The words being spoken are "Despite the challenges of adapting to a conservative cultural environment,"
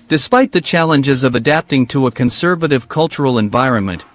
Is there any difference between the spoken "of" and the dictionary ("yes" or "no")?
no